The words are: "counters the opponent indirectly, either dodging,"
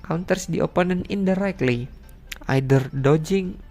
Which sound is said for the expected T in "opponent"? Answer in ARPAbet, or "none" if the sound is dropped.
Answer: none